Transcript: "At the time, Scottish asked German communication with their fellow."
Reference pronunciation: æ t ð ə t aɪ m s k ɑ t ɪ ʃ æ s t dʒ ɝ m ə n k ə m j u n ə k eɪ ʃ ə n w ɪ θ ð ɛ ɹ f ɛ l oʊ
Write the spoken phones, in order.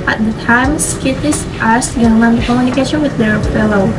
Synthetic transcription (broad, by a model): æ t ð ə t aɪ m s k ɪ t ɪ s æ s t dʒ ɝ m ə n k ə m j u n ə k eɪ ʃ ə n w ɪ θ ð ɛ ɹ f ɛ l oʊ